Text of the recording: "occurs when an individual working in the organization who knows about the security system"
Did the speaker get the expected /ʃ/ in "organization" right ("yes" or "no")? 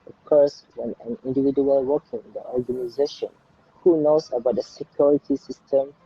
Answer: yes